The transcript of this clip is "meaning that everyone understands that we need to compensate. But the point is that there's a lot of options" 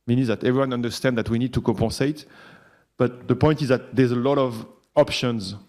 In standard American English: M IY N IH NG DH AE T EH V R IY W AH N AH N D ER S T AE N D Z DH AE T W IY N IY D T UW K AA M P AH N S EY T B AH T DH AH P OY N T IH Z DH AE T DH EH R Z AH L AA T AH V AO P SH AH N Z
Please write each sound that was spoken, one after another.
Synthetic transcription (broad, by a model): M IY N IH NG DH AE T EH V R IY W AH N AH N D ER S T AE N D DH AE T W IY N IY D T UW K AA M P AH S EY T B AH T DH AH P OY N T IH Z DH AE T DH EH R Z AH L AA T AH V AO P SH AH N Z